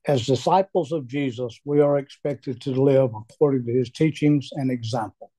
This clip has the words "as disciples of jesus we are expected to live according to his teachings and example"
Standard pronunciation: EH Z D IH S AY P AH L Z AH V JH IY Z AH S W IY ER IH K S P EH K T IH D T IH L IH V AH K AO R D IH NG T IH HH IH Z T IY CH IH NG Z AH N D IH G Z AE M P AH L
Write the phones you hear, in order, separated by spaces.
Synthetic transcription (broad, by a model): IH Z D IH S AY P L Z AH V JH IY Z AH S W IY ER IH K S P EH K T IH D T IH L IH V AH K AO R D IH NG T IH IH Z T IY CH IH NG Z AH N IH G Z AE M P L